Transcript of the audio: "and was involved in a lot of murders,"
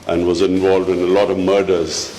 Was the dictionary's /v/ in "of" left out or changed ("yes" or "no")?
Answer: no